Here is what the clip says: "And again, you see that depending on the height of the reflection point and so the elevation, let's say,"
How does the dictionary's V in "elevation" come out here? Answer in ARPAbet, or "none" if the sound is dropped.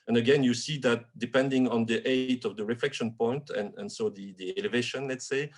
V